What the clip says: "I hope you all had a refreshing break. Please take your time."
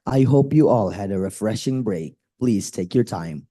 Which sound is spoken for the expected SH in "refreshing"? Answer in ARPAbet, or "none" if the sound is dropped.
SH